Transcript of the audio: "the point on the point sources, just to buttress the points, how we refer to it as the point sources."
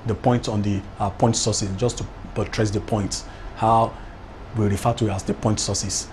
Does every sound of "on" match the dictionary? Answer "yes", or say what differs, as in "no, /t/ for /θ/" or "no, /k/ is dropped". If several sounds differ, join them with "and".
yes